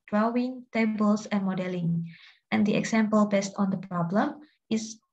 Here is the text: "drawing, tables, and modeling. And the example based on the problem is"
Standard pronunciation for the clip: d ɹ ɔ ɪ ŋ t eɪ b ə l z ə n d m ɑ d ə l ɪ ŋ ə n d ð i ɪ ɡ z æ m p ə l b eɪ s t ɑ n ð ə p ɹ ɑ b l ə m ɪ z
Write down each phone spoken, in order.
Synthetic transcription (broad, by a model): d ɹ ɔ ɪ ŋ t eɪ b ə l s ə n m ɑ d ə l ɪ ŋ ə n d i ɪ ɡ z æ m p ə l b eɪ s t ɑ n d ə p ɹ ɑ b l ə m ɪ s